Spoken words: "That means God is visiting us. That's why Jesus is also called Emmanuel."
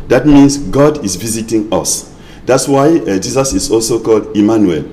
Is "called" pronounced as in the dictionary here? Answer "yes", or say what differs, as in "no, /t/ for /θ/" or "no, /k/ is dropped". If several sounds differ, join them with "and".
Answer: yes